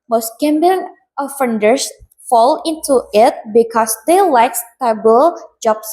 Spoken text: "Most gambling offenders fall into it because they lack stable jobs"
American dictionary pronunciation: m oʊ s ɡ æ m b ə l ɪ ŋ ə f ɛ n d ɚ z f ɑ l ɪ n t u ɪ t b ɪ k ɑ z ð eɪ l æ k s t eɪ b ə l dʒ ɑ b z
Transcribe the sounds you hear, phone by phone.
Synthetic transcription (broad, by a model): m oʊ s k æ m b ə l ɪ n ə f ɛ n d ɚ s f ɑ l ɪ n t u ɪ t b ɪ k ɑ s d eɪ l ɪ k s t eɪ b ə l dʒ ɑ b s